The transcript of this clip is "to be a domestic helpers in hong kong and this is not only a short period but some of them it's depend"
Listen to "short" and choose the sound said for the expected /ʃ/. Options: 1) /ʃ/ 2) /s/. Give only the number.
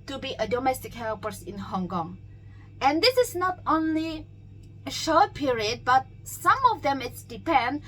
1